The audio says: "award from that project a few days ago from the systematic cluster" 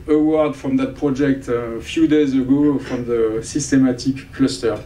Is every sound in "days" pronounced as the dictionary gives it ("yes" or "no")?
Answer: yes